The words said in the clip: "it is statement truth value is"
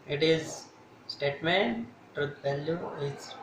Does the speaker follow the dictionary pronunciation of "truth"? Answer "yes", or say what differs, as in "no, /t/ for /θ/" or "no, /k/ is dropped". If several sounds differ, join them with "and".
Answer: no, /t/ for /θ/